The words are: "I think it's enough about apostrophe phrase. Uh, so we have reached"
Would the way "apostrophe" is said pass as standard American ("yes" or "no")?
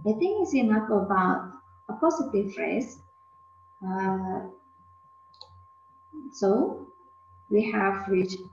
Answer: no